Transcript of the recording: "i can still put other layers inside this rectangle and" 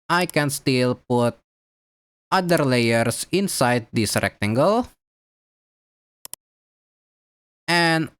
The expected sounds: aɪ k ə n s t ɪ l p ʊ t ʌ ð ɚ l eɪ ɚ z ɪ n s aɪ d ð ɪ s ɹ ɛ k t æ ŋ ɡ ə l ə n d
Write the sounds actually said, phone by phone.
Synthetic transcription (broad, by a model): aɪ k ə n s t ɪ l p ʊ t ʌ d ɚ l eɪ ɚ s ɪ n s aɪ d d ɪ s ɹ ɛ k t æ ŋ ɡ ə l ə n